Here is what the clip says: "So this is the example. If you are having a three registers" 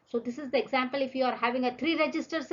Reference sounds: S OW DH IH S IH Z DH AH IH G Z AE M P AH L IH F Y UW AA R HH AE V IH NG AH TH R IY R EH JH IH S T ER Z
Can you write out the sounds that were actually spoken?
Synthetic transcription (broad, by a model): S OW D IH S IH Z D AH IH G Z AE M P AH L IH F Y UW AA R HH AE V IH NG AH T R IY R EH JH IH S T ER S